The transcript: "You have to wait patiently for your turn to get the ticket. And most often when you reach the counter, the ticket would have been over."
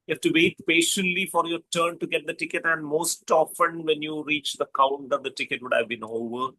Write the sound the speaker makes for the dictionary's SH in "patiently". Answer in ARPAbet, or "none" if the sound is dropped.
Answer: SH